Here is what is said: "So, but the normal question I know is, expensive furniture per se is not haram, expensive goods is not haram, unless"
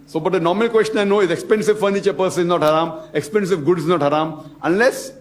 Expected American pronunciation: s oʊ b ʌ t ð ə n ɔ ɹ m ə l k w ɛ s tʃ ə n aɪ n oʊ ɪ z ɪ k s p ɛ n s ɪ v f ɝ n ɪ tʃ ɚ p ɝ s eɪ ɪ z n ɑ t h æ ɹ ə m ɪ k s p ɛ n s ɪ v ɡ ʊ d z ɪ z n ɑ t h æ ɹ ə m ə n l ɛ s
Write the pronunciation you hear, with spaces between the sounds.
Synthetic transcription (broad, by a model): s oʊ b ʌ t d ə n ɔ ɹ m ə l k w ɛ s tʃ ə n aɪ n oʊ ɪ z ɪ k s p ɛ n s ɪ v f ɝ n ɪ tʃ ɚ p ɝ s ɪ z n ɑ t h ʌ ɹ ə m ɪ k s p ɛ n s ɪ v ɡ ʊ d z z n ɑ t h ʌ ɹ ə m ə n l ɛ s